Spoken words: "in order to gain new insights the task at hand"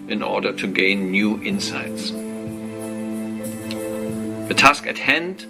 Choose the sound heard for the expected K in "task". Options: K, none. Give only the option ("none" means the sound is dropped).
K